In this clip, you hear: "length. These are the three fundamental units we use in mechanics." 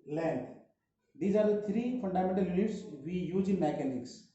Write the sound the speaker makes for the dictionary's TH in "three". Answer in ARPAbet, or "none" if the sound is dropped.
T